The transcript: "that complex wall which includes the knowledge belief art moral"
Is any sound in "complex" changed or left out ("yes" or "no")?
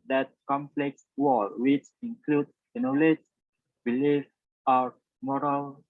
no